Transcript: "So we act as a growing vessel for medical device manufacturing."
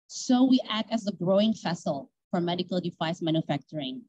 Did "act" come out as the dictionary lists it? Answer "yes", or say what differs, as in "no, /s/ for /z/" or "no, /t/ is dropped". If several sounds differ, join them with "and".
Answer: yes